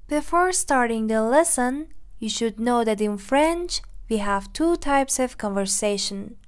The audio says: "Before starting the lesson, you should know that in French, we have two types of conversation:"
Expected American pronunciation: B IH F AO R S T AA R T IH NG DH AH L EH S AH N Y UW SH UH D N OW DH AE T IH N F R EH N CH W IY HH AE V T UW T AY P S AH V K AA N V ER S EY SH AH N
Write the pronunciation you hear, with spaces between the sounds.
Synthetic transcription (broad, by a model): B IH F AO R S T AA R T IH NG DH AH L EH S AH N Y UW SH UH D N OW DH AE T IH N F R EH N CH W IY HH AE V T UW T AY P S AH V K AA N V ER S EY SH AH N